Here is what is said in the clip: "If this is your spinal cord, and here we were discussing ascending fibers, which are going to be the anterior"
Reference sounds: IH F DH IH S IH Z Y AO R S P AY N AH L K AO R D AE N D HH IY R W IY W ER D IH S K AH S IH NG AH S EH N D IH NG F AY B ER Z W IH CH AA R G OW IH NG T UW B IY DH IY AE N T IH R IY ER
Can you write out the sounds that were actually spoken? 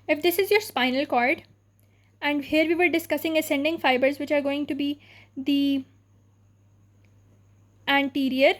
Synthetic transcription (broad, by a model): IH F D IH S IH Z Y AO R S P AY N AH L K AO R D AE N D HH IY R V IY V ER D IH S K AH S IH NG AH S EH N D IH NG F AY B ER Z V IH CH AA R G OW IH NG T UW B IY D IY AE N T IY R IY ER